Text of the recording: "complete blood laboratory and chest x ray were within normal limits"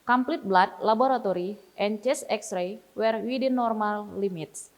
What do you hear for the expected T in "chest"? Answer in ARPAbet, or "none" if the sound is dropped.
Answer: none